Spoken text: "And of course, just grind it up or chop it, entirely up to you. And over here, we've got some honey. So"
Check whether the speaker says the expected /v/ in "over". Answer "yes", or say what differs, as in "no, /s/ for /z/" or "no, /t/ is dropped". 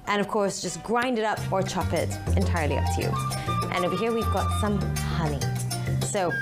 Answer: no, /b/ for /v/